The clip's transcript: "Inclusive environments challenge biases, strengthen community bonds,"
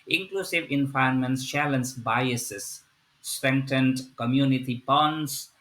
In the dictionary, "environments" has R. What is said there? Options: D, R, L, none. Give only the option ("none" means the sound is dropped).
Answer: none